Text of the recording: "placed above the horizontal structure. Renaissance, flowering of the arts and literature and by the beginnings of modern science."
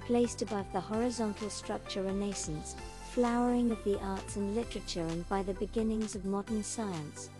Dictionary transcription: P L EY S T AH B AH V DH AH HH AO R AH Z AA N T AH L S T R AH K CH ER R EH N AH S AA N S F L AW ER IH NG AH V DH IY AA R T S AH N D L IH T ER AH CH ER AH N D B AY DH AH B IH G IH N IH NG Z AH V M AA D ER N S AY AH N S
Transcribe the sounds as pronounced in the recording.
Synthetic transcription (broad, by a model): P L EY S T AH B AH V DH AH HH AO R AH Z AA N T L S T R AH K CH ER R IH N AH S N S F L AW ER IH NG AH V DH IY AA R T S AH N L IH T ER AH CH ER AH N B AY DH AH B IH G IH N IH NG Z AH V M AA D ER N S AY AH N S